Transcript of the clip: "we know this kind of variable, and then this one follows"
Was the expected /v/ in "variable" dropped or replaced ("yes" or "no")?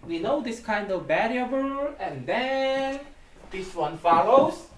yes